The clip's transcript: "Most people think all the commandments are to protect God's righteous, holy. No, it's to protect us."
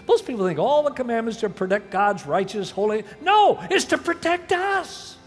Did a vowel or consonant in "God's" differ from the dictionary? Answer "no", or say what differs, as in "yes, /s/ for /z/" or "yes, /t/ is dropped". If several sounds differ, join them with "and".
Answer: no